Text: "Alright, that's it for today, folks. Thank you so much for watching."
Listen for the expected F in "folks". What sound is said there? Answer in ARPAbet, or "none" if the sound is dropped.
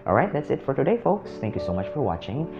F